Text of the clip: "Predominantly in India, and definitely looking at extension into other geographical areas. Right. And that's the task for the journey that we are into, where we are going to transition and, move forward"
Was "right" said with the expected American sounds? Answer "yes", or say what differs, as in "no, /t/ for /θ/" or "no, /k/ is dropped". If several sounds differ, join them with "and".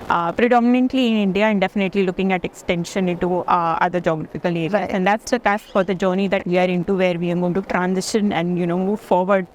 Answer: no, /t/ is dropped